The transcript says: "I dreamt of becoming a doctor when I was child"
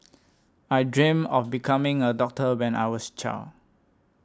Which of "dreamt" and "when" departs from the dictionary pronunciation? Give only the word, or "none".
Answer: dreamt